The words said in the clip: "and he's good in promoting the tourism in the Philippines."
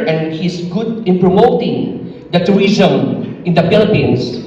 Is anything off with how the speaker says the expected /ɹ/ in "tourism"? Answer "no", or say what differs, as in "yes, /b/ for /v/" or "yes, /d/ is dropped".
yes, /ɹ/ is dropped